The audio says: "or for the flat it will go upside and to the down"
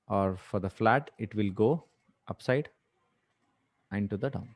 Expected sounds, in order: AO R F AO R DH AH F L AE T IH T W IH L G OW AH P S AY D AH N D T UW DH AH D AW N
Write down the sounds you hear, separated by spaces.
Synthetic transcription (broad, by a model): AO R F AO R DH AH F L AE T IH T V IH L G OW AH P S AY D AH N T UW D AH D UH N